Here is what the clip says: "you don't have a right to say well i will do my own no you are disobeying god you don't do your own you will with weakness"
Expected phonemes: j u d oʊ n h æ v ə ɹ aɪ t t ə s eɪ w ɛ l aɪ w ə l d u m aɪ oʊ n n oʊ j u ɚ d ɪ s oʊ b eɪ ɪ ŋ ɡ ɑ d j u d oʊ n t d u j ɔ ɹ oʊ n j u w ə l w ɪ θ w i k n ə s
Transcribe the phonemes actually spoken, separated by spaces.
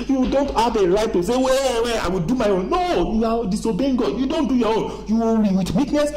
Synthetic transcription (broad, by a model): j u d oʊ n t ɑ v ə ɹ aɪ t t ə s eɪ w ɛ w aɪ w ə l d u m aɪ oʊ n n oʊ j u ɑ d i s oʊ b eɪ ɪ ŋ ɡ ɑ d j u d oʊ n t d u j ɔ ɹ oʊ n j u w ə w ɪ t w i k n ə s